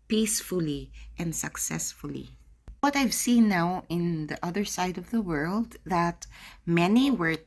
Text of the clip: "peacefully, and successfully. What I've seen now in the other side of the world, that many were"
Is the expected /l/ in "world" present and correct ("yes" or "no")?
yes